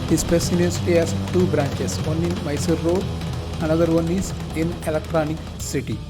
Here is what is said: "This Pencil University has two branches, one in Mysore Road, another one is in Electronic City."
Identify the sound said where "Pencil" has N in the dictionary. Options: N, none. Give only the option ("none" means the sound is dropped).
none